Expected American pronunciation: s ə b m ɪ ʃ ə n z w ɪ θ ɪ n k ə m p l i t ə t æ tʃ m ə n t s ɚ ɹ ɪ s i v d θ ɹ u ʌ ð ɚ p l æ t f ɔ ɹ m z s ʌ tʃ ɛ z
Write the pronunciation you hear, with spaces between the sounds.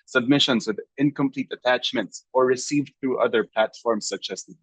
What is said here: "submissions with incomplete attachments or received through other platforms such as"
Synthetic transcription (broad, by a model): s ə b m ɪ ʃ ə n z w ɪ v ɪ n k ə m p l i t ə t æ tʃ m ə n t s ɚ ɹ ɪ s i v d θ ɹ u ʌ ð ɚ p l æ t f ɔ ɹ m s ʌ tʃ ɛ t